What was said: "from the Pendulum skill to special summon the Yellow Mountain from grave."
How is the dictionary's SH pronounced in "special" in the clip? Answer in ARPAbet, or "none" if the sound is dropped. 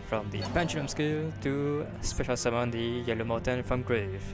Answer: SH